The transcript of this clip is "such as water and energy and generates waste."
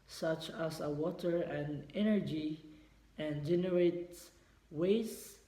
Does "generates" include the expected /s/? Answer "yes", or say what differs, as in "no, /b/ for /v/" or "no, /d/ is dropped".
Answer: no, /s/ is dropped